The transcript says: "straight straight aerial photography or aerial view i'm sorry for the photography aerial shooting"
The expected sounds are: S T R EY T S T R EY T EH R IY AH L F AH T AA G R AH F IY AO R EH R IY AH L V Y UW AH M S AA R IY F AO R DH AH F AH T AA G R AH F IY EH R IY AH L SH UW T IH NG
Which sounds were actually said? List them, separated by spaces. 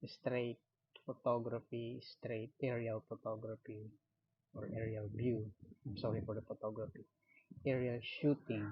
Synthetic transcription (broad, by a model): S T R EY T S T R EY T EH R IY AH L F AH T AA G R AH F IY AO R EH R IY AH L B Y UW AH M S AA R IY F AO R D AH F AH T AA G R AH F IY EH R IY AH L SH UW T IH NG